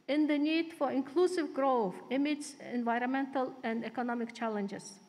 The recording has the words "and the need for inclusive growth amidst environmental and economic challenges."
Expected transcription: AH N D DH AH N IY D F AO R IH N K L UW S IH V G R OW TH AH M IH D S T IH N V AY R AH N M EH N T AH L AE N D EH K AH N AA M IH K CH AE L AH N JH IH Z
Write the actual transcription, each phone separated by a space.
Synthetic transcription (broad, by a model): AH N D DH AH N IY D F AO R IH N K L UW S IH V G R OW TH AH M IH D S IH N V AY R AH N M EH N T AH L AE N D EH K AH N AA M IH K CH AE L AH N JH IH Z